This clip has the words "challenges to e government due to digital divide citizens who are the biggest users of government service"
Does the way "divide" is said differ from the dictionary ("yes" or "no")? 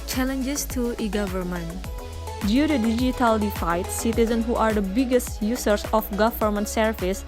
yes